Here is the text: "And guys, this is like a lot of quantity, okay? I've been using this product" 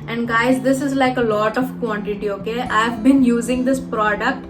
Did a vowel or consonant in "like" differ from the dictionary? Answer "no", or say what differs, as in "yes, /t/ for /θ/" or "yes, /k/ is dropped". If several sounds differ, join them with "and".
no